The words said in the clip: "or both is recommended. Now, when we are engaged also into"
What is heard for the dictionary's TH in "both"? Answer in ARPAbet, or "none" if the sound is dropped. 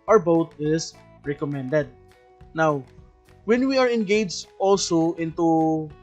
T